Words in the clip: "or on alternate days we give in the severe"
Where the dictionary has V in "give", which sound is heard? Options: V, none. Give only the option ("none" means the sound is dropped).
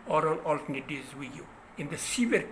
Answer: none